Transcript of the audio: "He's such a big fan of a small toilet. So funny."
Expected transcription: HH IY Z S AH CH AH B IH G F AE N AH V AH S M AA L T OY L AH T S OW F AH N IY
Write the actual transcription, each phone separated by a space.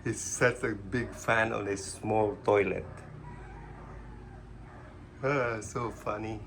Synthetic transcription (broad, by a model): HH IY S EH S AH B IH G F AE N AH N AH S M AA L T OY L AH T S OW F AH N IY